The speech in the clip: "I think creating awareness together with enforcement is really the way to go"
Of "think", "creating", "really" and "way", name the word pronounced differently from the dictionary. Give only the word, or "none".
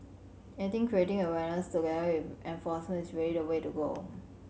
think